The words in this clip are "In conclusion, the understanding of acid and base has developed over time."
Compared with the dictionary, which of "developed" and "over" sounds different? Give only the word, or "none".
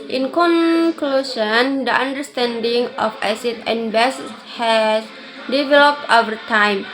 none